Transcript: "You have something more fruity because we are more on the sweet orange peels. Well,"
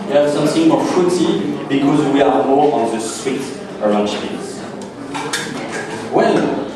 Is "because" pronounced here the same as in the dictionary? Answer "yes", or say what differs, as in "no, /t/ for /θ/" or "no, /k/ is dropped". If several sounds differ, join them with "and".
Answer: yes